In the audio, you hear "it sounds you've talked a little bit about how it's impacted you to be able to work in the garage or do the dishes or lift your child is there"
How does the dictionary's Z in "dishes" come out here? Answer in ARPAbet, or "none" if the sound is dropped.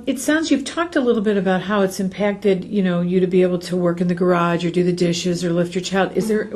Z